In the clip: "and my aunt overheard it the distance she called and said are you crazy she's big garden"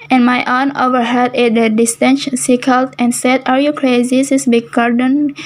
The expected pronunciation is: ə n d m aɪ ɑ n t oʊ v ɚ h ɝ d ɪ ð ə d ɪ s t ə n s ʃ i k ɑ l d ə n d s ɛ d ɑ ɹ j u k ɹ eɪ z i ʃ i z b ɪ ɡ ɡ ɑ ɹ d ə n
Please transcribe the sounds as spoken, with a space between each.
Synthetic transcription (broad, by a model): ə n m aɪ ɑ n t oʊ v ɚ h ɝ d ɪ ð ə d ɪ s t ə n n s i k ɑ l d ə n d s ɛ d ɑ ɹ j u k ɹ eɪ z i s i s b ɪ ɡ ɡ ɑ ɹ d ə n